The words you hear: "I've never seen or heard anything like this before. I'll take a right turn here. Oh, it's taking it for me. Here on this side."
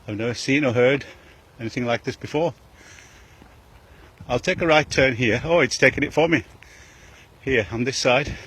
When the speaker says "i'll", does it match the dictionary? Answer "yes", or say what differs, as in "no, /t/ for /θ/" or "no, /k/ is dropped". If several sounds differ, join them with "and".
yes